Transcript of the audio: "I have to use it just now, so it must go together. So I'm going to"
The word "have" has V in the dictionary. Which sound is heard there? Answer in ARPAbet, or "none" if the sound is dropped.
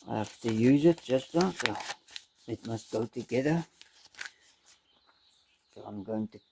F